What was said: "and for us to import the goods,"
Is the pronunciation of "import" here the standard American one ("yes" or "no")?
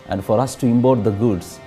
no